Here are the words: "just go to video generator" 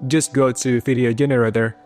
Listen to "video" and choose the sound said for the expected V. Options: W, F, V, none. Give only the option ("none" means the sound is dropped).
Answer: F